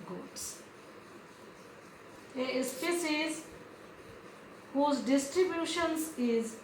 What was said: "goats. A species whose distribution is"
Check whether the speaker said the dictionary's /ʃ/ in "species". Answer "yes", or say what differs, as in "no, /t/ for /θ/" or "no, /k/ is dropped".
no, /s/ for /ʃ/